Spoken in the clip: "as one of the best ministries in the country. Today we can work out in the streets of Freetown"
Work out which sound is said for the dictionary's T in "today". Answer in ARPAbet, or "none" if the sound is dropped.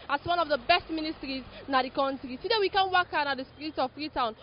S